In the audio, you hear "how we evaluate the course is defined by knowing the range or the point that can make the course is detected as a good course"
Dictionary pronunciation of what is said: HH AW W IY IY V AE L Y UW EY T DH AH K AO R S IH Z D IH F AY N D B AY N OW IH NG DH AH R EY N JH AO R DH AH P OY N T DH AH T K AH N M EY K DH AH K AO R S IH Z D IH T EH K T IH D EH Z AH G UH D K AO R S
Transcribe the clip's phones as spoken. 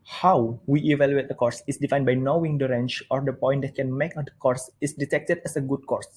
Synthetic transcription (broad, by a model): HH AW W IY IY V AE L Y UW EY T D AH K AO R S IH S D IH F AY N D B AY N OW IH NG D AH R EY N CH AO R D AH P OY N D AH T K AH N M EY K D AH K AO R S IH S D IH T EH K T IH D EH S AH G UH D K AO R S